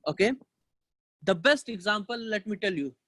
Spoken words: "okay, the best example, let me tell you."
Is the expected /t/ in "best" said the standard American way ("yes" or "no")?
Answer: yes